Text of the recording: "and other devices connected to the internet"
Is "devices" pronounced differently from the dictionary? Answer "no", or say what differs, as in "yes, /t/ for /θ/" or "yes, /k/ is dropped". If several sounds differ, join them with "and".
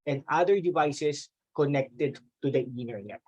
yes, /s/ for /z/